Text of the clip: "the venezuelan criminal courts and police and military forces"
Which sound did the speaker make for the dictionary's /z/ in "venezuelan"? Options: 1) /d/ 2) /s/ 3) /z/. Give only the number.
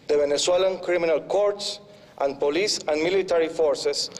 2